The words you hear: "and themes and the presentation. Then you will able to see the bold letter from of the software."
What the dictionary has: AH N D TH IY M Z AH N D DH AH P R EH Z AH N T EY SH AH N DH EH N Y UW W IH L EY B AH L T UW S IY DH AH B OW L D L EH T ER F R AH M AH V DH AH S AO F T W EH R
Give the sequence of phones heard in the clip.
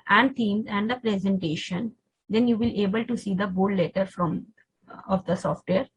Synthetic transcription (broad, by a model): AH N D T IY M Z AH N D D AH P R EH Z AH N T EY SH AH N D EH N Y UW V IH L EY B AH L T UW S IY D AH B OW D L EH T ER F R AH M AH V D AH S AO F T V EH R